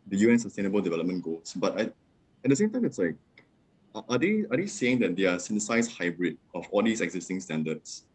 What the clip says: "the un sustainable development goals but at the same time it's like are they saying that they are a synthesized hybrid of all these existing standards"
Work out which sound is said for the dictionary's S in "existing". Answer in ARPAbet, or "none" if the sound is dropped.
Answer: S